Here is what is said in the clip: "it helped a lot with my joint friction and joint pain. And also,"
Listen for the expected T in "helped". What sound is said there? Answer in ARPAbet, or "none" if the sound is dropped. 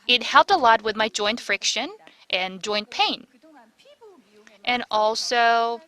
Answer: T